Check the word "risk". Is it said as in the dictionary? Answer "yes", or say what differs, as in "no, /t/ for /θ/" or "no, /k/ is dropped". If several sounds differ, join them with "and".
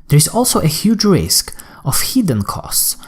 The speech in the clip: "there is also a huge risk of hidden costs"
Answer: yes